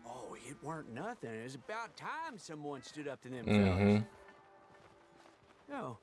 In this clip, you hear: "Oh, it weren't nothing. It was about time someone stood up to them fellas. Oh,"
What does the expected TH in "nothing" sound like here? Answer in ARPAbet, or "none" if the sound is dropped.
TH